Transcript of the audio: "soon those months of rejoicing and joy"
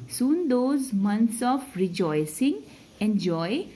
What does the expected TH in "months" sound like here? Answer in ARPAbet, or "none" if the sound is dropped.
T